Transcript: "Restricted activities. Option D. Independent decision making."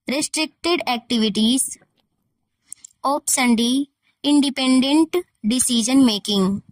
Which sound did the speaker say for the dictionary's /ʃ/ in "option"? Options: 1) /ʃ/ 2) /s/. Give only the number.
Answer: 2